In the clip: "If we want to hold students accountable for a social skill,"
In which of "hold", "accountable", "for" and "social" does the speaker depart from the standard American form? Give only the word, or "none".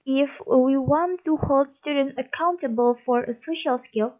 none